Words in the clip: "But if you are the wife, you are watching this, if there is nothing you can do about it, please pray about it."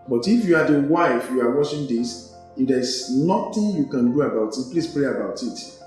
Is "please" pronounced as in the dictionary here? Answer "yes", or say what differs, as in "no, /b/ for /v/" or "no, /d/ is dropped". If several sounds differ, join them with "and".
no, /s/ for /z/